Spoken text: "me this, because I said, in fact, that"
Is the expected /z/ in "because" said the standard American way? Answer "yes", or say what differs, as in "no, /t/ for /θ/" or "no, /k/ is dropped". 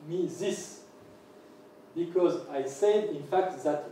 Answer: yes